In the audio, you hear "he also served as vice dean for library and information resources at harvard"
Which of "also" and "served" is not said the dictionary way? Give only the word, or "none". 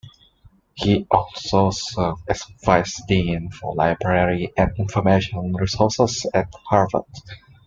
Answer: served